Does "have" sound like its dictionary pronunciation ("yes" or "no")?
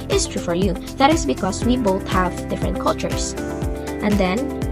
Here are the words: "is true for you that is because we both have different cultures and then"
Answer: yes